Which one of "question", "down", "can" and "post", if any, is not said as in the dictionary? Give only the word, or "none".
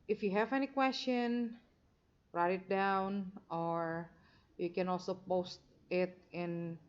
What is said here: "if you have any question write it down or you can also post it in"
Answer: none